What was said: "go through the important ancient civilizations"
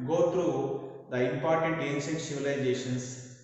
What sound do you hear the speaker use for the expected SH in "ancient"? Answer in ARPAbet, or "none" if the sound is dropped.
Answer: S